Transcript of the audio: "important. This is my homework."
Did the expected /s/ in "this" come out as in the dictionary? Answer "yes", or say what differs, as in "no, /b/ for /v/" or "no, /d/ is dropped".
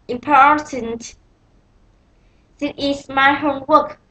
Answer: no, /s/ is dropped